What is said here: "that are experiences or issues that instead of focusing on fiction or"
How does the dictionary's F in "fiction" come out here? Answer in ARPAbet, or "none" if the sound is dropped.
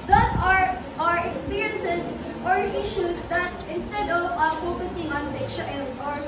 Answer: P